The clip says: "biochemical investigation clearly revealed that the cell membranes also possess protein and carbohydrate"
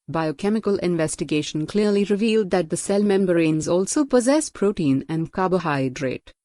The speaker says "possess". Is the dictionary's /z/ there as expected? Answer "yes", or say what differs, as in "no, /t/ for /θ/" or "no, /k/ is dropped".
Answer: yes